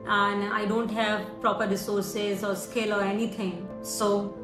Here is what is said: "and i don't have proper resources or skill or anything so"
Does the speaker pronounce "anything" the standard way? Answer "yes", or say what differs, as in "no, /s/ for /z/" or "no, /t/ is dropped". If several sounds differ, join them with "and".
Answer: no, /t/ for /θ/